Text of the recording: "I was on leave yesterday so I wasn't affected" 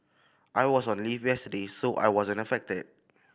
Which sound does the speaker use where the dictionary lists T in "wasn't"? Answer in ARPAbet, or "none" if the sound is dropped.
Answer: none